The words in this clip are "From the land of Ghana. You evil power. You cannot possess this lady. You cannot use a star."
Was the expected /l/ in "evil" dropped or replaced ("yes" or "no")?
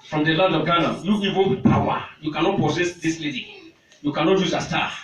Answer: yes